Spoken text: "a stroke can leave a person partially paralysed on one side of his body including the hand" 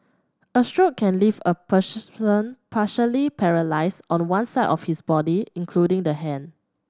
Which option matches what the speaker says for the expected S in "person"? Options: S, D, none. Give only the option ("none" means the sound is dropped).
none